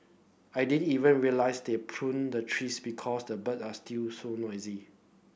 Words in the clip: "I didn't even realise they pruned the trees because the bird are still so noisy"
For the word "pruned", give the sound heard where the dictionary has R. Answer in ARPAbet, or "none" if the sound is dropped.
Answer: R